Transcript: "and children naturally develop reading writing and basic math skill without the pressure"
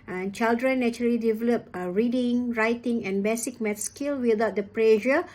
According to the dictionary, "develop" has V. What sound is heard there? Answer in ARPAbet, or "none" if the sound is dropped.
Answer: V